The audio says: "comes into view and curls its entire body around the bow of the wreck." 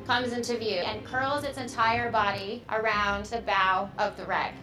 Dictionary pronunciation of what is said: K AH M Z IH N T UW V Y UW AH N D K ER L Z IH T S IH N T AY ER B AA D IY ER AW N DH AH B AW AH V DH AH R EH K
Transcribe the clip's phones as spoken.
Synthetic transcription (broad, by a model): K AH M Z IH N T UW V Y UW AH N K ER L Z IH T S IH N T AY ER B AA D IY ER AW N DH AH B AW AH V DH AH R EH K